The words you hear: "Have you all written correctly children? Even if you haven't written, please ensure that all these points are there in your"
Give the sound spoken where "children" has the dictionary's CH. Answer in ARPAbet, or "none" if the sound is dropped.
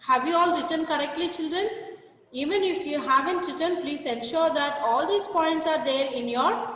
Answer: CH